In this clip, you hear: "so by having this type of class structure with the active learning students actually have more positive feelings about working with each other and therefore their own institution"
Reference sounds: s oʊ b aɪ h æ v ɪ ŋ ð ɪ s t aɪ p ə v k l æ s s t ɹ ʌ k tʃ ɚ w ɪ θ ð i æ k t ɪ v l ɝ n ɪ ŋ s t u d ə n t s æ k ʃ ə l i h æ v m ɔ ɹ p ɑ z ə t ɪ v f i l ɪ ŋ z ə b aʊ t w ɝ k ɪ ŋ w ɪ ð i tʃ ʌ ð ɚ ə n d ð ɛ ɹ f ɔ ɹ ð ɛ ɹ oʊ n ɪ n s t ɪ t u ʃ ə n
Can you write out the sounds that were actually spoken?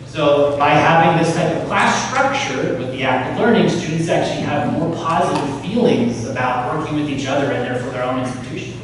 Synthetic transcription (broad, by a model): s oʊ b aɪ h æ v ɪ ŋ ð ɪ s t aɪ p ə v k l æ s s t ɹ ʌ k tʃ ɚ w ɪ ð i æ k t ɪ v l ɝ n ɪ ŋ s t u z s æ k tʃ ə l i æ v m ɔ ɹ p ɑ z ə t ɪ v f i l ɪ ŋ z ə b aʊ t w ɝ k ɪ ŋ w ɪ ð i tʃ ʌ ð ɚ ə n ð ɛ ɹ f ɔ ɹ ð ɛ ɹ oʊ n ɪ n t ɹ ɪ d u ʃ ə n